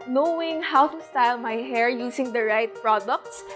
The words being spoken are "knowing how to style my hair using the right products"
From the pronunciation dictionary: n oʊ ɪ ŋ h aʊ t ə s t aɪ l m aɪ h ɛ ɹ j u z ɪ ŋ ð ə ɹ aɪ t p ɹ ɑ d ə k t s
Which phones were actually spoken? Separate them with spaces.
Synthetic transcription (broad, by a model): n oʊ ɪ ŋ h aʊ t ə s t aɪ l m aɪ h ɛ ɹ j u s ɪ ŋ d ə ɹ aɪ t p ɹ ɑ d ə k t s